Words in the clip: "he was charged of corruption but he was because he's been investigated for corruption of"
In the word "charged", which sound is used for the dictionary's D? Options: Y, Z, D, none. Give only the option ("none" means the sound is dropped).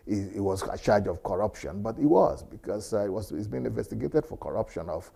none